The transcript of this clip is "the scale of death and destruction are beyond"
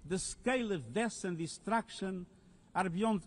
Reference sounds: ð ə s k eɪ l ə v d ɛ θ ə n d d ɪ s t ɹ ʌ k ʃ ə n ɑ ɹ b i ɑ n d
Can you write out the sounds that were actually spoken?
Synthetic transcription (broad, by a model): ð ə s k eɪ l ə v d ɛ s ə n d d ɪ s t ɹ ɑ k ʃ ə n ɑ ɹ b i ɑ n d